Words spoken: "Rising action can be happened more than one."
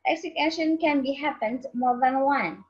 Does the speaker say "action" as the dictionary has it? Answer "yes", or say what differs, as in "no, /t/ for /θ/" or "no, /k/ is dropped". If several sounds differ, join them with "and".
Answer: no, /k/ is dropped